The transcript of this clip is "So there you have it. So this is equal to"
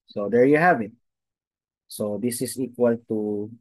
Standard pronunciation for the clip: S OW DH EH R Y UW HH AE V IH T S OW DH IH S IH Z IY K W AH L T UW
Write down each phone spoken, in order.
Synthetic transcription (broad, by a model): S OW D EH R Y UW HH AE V IH T S OW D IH S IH S IY K W AH L T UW